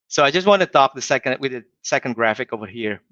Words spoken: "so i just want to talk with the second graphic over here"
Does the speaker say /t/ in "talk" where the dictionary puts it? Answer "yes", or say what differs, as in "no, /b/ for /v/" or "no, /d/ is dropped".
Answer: no, /s/ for /t/